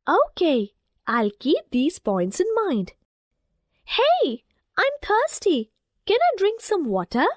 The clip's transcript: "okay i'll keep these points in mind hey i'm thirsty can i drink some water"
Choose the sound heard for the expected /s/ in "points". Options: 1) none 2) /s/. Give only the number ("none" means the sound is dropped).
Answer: 2